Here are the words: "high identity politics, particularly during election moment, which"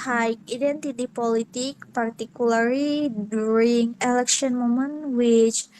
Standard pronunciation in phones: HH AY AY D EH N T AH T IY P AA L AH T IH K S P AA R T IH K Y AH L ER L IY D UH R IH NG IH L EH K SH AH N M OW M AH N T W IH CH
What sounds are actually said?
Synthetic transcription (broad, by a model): HH AY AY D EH N T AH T IY P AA L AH T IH K P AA R T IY K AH L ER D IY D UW R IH NG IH L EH K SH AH N M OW M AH N W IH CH